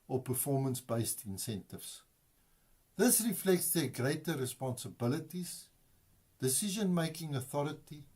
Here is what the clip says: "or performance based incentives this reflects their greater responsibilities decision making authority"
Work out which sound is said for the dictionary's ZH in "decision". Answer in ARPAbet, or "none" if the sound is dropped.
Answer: ZH